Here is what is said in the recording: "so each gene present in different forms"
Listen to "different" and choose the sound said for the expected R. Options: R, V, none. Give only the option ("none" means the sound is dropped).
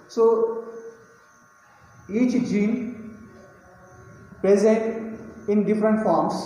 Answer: R